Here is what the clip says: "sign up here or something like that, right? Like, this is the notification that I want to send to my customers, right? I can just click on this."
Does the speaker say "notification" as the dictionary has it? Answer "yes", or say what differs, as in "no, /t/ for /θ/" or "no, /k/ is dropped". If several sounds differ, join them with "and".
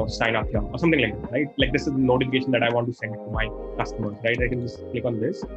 yes